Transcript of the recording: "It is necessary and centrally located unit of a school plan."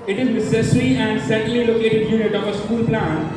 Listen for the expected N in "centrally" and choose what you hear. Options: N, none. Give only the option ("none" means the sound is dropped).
none